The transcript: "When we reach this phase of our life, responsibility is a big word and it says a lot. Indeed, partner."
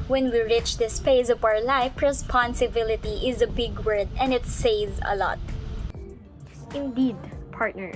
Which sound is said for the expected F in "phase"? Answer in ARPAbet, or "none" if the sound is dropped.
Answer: P